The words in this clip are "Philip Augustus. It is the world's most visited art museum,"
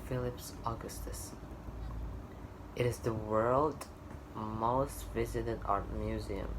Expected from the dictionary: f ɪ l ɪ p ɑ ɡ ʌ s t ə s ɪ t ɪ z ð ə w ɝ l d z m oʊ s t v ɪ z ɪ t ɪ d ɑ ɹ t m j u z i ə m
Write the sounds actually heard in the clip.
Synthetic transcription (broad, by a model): f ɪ l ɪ p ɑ ɡ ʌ s t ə s ɪ t ɪ z ð ə w ɝ l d m oʊ s t v ɪ z ɪ t ɪ d ɑ ɹ t m j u z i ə m